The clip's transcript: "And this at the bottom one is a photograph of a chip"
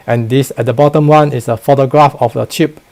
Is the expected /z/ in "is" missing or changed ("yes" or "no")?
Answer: yes